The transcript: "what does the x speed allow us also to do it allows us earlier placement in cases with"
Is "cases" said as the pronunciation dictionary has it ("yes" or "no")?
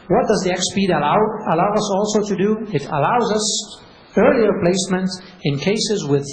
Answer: yes